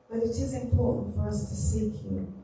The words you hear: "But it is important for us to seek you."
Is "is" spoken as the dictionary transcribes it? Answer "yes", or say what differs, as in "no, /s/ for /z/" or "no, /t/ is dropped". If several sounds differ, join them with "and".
yes